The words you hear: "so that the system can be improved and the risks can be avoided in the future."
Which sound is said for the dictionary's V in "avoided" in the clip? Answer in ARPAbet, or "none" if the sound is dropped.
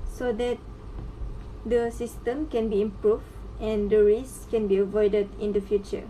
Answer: V